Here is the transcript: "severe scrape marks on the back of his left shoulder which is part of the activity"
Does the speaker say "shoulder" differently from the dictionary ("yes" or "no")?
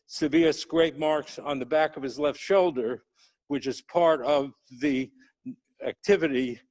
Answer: no